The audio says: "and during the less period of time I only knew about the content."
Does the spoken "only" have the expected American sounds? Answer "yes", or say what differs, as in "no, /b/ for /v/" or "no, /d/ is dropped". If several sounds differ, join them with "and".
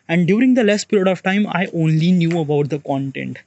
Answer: yes